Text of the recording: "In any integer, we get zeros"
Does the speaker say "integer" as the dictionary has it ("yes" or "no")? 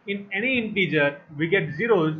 yes